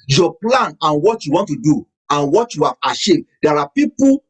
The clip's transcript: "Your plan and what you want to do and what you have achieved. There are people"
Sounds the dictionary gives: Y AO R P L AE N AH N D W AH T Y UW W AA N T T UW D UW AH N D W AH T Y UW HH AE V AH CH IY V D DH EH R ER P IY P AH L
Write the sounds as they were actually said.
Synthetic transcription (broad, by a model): Y AO P L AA N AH N W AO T Y UW W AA N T T UW D UW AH N W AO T Y UW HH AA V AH SH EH D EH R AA P IY P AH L